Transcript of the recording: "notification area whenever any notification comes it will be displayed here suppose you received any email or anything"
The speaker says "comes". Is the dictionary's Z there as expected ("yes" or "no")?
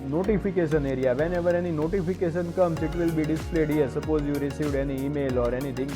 no